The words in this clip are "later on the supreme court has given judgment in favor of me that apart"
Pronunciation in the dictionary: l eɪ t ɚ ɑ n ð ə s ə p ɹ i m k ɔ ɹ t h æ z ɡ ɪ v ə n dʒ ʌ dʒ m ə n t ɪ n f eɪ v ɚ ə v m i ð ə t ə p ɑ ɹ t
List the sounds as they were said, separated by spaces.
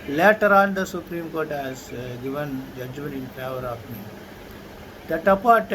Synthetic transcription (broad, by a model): l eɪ t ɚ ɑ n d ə s ə p ɹ i m k ɔ ɹ t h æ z ɡ ɪ v ə n dʒ ʌ dʒ m ə n t ɪ n p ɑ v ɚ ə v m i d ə t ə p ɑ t